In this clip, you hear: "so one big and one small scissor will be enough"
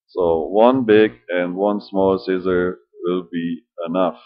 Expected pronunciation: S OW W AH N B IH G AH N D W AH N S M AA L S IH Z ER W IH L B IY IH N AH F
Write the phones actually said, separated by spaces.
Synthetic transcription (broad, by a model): S OW W AH N B IH G AH N D W AH N S M AA L S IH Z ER W IH L B IY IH N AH F